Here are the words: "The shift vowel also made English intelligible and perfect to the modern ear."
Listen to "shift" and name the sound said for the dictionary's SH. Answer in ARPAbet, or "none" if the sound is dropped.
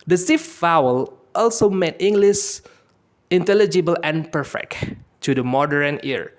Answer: S